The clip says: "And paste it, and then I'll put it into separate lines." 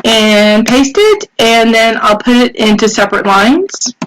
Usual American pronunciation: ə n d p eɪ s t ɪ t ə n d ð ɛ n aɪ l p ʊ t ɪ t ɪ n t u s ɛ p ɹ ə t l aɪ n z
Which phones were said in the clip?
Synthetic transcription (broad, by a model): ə n p eɪ s t ɪ t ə n ð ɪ n aɪ l p ʊ t ɪ t ɪ n t u s ɛ p ɹ ə t l aɪ n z